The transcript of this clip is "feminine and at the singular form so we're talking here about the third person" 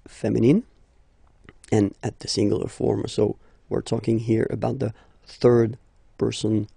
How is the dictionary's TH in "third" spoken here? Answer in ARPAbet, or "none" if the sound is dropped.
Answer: TH